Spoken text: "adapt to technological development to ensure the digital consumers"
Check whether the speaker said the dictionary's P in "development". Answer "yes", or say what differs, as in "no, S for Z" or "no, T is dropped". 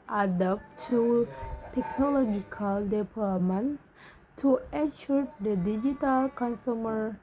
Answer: no, P is dropped